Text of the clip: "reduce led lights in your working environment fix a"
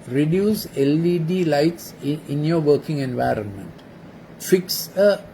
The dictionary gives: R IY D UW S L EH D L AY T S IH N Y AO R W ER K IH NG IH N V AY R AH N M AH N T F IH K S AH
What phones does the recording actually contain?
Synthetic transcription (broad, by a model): R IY D UW S L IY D L AY T S IH N Y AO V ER K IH NG IH N V AY R AH N M AH N T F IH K S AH